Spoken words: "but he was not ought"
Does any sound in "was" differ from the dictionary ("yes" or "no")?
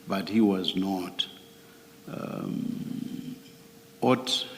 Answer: no